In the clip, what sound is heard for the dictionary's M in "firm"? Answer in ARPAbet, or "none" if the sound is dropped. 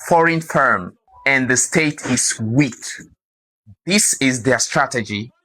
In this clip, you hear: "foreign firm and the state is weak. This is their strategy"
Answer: M